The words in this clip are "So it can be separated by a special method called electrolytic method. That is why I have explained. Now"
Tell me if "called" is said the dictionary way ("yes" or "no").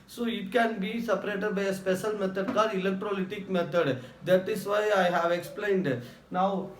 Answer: no